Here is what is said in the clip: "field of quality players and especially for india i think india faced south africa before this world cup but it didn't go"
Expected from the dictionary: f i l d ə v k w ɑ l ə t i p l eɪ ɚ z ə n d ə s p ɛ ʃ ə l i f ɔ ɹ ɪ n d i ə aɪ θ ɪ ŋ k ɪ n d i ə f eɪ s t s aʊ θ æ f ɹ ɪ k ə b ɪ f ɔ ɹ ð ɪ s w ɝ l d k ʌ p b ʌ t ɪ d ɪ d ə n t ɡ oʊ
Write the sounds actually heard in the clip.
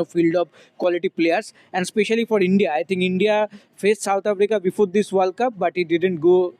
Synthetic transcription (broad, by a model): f i l d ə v k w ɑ l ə t i p l eɪ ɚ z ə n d s p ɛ ʃ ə l i f ɔ ɹ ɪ n d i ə aɪ t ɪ ŋ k ɪ n d i ə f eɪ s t s aʊ t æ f ɹ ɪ k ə b ɪ f ɔ ɹ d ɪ s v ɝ l k ʌ p b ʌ t ɪ d ɪ d ə n t ɡ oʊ